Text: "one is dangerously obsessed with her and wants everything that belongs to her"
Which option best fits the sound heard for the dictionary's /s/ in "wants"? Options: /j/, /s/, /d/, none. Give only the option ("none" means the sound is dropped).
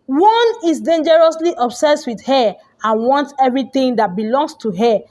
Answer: none